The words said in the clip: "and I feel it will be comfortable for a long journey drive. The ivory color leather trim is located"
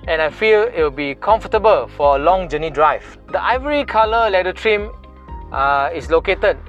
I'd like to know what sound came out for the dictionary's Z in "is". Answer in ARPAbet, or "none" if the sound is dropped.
S